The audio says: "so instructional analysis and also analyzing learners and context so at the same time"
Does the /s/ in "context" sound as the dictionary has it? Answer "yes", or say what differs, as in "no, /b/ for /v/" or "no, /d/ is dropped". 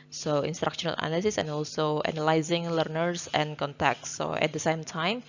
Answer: no, /s/ is dropped